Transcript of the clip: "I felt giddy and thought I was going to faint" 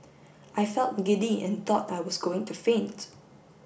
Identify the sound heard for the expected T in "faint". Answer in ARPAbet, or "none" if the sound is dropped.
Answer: T